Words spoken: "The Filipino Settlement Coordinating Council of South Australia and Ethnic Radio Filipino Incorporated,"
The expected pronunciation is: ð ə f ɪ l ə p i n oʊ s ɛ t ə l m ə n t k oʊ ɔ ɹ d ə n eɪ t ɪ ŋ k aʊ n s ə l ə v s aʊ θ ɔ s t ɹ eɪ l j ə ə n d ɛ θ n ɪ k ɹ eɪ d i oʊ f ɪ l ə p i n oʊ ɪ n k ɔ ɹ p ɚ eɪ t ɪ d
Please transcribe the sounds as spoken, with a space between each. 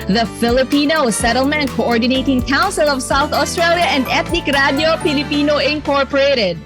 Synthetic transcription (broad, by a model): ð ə f ɪ l ə p i n oʊ s ɛ t ə l m ə n t k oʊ ɔ ɹ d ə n eɪ t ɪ ŋ k aʊ n s ə l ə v s aʊ θ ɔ s t ɹ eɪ l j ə ə n d ɛ t n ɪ k ɹ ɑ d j oʊ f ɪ l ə p i n oʊ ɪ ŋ k ɔ ɹ p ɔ eɪ t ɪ d